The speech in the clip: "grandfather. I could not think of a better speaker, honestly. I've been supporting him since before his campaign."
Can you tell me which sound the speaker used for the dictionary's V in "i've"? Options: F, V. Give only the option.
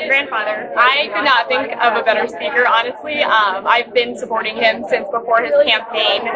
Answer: V